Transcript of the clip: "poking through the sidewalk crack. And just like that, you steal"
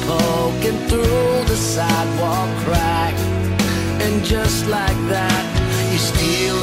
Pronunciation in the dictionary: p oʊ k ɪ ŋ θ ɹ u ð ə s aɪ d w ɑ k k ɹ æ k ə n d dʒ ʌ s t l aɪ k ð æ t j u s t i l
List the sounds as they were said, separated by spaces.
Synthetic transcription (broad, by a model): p oʊ k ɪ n θ ɹ u ð ə s aɪ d w ɑ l k ɹ æ k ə n dʒ ʌ s t l aɪ k ð æ t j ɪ s t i l